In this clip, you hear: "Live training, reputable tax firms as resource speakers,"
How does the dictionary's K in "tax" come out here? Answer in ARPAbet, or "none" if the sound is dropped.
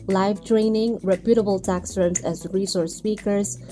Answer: K